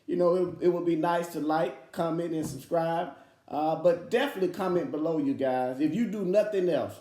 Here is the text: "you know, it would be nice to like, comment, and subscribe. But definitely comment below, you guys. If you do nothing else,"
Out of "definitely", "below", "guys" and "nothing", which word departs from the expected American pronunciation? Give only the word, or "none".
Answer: none